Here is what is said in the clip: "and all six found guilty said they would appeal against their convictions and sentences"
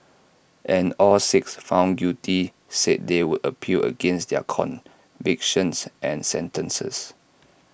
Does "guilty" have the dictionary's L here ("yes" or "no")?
no